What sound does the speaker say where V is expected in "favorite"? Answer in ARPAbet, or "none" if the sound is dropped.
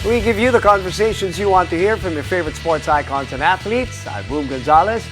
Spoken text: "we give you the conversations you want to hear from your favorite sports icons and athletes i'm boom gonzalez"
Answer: V